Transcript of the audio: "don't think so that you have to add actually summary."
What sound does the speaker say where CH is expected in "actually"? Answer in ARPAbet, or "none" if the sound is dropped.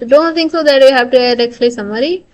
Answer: S